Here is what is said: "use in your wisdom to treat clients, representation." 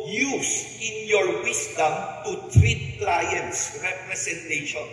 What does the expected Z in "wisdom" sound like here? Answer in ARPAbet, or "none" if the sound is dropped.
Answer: S